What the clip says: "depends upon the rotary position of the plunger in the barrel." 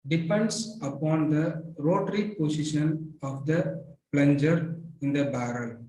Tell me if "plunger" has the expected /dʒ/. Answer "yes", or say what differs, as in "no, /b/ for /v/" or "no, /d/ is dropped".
yes